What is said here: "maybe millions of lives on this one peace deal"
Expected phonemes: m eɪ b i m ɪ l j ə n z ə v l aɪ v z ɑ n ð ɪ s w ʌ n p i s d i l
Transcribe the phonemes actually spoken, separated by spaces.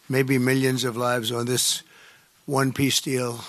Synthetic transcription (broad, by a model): m eɪ b i m ɪ l j ə n z ə v l aɪ v z n ð ɪ s w ʌ n p i s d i l